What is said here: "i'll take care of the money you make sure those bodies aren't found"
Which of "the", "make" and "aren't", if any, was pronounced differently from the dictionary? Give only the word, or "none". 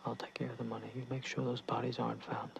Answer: none